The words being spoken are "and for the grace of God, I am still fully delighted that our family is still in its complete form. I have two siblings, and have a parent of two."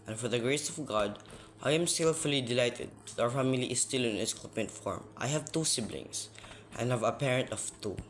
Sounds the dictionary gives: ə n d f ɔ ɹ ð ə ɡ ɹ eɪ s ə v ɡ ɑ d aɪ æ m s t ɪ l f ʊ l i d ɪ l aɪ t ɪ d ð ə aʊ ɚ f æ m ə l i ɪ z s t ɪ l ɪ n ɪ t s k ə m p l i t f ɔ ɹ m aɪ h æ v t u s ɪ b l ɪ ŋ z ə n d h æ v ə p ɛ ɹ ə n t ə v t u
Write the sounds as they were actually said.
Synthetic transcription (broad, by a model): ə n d f ɔ ɹ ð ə ɡ ɹ eɪ s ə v ɡ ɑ d aɪ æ m s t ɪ l f ʊ l i d ɪ l aɪ t ɪ d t aʊ ɚ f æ m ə l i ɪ s t ɪ l ɪ n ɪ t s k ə p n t f ɔ ɹ m aɪ h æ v t u s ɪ b l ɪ ŋ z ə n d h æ v ə p ɛ ɹ ə n t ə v t u